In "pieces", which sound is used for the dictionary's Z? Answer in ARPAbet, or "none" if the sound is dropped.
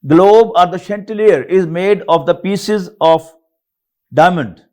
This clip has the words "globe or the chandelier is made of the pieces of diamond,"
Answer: Z